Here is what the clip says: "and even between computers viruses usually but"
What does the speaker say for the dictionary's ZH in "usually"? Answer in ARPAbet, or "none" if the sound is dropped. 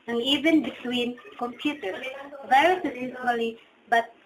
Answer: S